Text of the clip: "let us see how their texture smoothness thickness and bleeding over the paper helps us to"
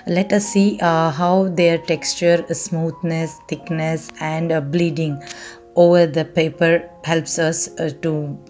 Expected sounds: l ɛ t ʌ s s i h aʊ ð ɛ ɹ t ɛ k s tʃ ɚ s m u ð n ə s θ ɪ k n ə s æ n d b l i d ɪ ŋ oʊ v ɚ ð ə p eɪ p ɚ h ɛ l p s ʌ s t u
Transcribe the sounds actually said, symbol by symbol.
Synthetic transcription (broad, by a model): l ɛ t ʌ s s i h aʊ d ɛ ɹ t ɛ k s tʃ ɚ s m u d n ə s t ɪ k n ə s æ n d b l i d ɪ ŋ oʊ v ɚ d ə p eɪ p ɚ h ɛ l p s ʌ s t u